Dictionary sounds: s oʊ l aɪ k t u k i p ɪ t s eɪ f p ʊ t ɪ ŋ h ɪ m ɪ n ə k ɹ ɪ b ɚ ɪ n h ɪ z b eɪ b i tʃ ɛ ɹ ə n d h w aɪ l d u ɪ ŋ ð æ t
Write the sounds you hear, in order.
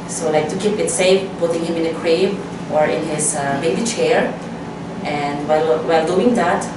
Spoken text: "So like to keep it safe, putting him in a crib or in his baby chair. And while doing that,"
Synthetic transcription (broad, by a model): s oʊ l aɪ k t u k i p ɪ t s eɪ f p ʊ t ɪ ŋ h ɪ m ɪ n ə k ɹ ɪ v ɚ ɪ n h ɪ z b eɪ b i tʃ ɛ ɹ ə n d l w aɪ l d u ɪ ŋ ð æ t